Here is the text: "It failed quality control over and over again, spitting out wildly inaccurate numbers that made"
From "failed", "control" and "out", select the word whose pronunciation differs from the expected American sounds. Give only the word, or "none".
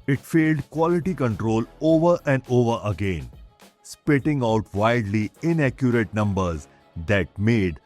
none